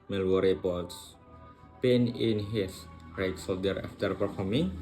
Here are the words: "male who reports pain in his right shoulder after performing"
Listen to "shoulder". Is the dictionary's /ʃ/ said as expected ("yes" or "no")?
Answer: no